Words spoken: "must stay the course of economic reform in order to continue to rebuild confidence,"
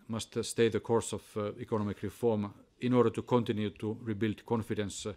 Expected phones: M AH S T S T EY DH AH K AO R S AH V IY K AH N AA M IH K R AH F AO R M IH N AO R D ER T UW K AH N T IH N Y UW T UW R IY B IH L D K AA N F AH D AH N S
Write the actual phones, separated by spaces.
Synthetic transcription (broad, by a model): M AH S T S T EY DH AH K AO R S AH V IY K AH N AA M IH K R AH F AO R M IH N AO R D ER T UW K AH N T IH N Y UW T UW R IY B IH L D K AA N F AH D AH N S